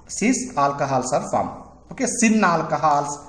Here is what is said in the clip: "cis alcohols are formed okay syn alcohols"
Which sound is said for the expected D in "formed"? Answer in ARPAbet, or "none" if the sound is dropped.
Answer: none